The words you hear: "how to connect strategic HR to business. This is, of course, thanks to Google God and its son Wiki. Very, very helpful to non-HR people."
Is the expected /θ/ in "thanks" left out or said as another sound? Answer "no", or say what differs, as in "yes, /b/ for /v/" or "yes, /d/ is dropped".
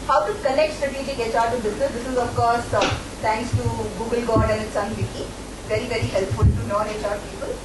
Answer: yes, /t/ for /θ/